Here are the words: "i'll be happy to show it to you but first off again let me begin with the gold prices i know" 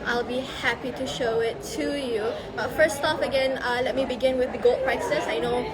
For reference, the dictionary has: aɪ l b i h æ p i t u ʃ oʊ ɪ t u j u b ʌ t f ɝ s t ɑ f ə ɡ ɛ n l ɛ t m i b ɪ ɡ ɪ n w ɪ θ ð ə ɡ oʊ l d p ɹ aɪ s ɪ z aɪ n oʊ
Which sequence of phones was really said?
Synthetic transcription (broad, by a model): aɪ l b i h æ p i t u ʃ oʊ ɪ t u j u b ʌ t f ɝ s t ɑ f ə ɡ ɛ n l ɛ t m i b ɪ ɡ ɪ n w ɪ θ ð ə ɡ oʊ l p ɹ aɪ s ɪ s aɪ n oʊ